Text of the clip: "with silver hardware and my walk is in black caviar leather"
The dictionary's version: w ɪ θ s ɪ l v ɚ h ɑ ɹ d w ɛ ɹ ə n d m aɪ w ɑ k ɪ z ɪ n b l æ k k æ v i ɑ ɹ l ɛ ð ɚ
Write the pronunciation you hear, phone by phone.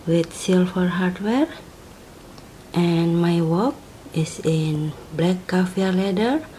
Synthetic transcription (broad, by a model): w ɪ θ s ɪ l f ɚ h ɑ ɹ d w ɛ ɹ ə n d m aɪ w ɑ k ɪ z ɪ n b l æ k k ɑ f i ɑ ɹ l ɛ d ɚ